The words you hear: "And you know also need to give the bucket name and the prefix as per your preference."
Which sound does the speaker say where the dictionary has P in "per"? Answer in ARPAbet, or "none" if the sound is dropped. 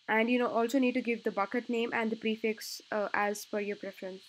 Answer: F